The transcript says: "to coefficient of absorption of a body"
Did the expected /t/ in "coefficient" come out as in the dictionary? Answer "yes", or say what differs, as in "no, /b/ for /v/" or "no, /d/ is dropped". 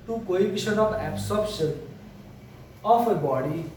no, /t/ is dropped